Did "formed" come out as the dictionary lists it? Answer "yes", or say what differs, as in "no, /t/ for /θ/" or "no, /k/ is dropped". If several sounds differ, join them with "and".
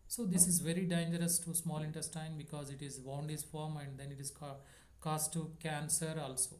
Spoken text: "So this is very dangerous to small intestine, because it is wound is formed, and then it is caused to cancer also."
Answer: no, /d/ is dropped